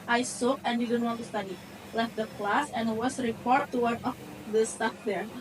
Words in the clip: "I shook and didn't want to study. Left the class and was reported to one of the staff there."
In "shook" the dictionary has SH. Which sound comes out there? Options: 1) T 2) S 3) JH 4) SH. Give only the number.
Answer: 2